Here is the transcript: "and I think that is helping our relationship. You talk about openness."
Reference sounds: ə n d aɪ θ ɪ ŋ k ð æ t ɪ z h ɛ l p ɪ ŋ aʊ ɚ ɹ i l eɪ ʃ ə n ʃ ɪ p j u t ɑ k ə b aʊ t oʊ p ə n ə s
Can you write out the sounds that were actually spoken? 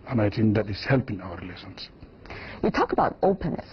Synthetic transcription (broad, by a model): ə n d aɪ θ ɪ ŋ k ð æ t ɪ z h ɛ l p ɪ ŋ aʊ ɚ ɹ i l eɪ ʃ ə n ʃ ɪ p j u t ɑ k ə b aʊ t oʊ p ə n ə s